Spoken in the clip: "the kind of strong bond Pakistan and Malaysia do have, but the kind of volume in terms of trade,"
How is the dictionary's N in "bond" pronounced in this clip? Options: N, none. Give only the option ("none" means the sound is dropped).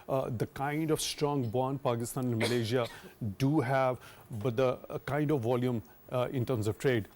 N